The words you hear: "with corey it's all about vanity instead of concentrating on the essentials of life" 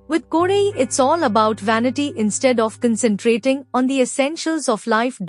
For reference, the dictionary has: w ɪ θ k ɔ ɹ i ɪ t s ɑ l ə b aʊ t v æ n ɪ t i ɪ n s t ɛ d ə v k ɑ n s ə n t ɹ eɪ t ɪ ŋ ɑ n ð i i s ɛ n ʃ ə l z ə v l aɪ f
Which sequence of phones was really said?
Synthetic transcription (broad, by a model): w ɪ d k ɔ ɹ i ɪ t s ɑ l ə b aʊ t v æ n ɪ t i ɪ n s t ɛ d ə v k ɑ n s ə n t ɹ eɪ t ɪ ŋ ɑ n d i i s ɛ n ʃ ə l z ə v l aɪ f